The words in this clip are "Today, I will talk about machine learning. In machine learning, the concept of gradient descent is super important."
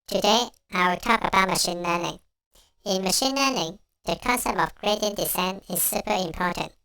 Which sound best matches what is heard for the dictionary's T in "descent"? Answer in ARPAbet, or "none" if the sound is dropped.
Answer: none